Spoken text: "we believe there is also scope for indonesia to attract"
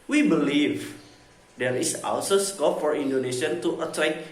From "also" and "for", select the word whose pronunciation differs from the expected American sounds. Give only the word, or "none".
also